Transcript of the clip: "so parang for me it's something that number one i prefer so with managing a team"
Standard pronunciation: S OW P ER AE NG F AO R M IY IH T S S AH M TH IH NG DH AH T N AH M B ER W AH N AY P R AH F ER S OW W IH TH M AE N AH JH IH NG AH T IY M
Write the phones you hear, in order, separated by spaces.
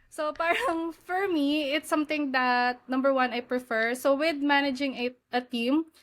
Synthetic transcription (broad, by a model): S OW P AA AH NG F AO R M IY IH T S S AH M T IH NG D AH T N AH M B ER W AH N AY P R AH F ER S OW W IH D M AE N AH JH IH NG AH T IY M